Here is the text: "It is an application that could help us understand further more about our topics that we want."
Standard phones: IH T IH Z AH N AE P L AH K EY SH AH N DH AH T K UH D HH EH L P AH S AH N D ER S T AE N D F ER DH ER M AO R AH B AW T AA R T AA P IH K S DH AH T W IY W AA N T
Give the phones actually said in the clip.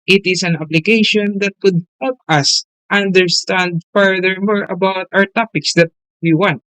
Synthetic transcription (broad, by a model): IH T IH S AH N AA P L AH K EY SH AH N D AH T K UH D HH EH L P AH S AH N D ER S T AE N D F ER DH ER M AO R AH B AW T AA R T AA P IH K S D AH T W IY W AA N T